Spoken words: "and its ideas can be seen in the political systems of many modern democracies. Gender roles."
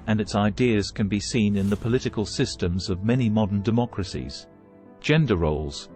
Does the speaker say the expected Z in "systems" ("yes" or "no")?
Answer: yes